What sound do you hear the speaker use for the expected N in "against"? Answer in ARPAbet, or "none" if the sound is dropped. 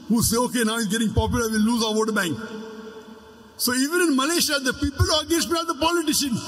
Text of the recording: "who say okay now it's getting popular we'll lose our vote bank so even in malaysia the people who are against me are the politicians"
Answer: none